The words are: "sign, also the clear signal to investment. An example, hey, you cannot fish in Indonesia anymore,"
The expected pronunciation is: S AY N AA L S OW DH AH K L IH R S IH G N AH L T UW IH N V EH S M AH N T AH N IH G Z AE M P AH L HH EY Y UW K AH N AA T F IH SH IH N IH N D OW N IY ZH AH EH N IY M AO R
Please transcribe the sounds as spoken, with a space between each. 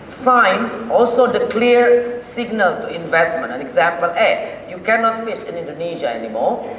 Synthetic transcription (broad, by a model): S AY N AA L S OW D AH K L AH R S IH G N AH L T UW IH N V EH S M AH N T AH N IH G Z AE M P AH L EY Y UW K AH N AA T F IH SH IH N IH N D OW N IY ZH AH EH N IY M AO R